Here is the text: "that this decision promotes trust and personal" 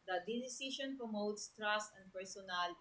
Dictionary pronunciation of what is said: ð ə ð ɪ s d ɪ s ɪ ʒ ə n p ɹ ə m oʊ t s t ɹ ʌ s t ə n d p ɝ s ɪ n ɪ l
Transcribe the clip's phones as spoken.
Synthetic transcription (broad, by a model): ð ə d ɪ d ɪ s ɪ ʃ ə n p ɹ ə m oʊ t s t ɹ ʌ s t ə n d p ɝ s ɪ n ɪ l